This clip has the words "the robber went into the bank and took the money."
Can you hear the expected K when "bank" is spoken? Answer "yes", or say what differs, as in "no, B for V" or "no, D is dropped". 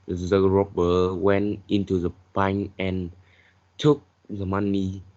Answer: no, K is dropped